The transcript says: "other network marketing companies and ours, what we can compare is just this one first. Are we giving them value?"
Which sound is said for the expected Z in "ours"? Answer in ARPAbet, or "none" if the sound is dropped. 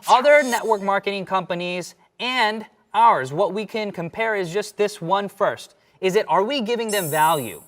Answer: Z